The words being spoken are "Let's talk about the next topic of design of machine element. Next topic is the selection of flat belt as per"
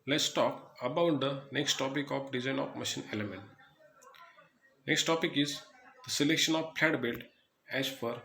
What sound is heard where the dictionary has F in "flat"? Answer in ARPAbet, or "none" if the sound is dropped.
P